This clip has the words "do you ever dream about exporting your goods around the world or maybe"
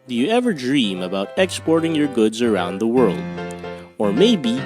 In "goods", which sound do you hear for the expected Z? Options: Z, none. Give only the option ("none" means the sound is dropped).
Z